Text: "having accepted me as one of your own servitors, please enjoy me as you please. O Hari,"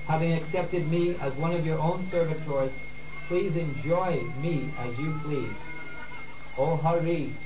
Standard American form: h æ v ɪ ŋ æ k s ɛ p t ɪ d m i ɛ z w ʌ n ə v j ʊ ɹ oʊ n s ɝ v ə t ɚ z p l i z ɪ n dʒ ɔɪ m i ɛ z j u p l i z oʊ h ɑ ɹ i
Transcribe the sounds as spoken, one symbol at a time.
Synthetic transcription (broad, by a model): h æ v ɪ ŋ æ k s ɛ p t ɪ d m i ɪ z w ʌ n ə v j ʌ ɹ oʊ n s ɝ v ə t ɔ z p l i z ɪ n dʒ ɔɪ m i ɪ z j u p l i z oʊ h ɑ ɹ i